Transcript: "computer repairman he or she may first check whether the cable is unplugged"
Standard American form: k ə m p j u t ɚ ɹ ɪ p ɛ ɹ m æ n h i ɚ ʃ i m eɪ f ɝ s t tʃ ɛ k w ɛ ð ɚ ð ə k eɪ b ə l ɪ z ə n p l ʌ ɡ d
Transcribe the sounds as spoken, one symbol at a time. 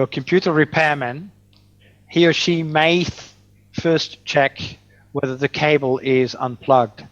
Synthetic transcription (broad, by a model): k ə m p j u t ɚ ɹ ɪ p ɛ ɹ m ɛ n h i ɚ ʃ i m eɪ f ɝ s tʃ ɛ k w ɛ ð ɚ ð ə k eɪ b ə l ɪ z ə n p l ʌ ɡ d